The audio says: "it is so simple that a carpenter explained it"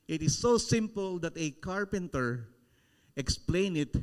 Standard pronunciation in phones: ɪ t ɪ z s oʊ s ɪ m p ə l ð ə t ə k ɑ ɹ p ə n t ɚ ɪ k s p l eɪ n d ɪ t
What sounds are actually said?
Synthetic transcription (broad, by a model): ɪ t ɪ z s oʊ s ɪ m p ə l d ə t ə k ɑ ɹ p ə n t ɚ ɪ k s p l eɪ n ɪ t